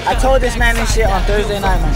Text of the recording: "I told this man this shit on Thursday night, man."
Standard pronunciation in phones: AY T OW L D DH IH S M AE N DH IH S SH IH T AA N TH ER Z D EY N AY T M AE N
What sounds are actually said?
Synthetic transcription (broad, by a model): AY T OW L D DH IH S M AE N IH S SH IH AA N TH ER Z D EY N AY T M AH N